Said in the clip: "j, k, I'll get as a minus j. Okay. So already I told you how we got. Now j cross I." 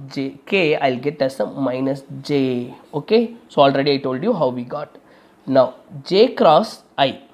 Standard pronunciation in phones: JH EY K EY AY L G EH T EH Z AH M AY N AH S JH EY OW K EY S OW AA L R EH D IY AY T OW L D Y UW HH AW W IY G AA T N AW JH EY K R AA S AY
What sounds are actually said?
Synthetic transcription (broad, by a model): JH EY K EY AY L G EH T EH S AH M AY N AH S JH EY OW K EY S OW AA L R EH D IY AY T OW L D Y UW HH AW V IY G AA T N AW JH EY K R AA S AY